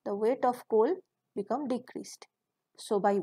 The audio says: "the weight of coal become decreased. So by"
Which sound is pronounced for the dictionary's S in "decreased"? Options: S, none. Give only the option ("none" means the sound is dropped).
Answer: S